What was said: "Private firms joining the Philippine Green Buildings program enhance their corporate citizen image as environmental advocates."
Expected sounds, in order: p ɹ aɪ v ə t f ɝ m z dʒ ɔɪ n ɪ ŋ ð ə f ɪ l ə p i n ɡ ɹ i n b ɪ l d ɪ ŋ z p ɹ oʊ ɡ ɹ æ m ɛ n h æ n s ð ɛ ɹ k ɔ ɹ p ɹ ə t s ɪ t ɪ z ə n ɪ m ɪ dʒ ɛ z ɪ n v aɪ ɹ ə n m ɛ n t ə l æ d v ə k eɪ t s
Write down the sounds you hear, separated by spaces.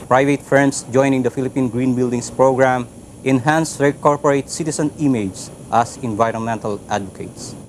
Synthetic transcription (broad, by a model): p ɹ aɪ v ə t f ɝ m s dʒ ɔɪ n ɪ ŋ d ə f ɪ l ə p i n ɡ ɹ i n b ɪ l d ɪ ŋ s p ɹ oʊ ɡ ɹ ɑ m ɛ n h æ n s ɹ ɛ k ɔ ɹ p ɹ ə t s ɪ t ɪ s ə n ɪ m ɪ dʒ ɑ s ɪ n v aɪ ɹ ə n m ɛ n t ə l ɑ d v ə k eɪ t s